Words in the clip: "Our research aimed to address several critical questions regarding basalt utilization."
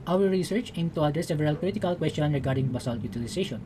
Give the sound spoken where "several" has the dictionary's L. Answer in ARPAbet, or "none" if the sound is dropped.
L